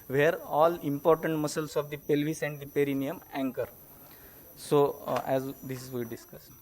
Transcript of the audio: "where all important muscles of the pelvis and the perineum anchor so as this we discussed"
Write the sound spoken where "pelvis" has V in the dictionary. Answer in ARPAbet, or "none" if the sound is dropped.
V